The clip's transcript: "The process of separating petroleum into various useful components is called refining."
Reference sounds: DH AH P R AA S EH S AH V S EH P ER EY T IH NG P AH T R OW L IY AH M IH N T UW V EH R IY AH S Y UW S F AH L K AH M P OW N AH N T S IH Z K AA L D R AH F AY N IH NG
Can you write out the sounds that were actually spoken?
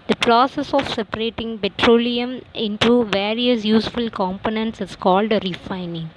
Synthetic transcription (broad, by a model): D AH P R AA S EH S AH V S EH P ER EY T IH NG P AH T R OW L IY AH M IH N T UW V EH R IY AH S Y UW S F AH L K AH M P OW N AH N T S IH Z K AA L D R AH F AY N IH NG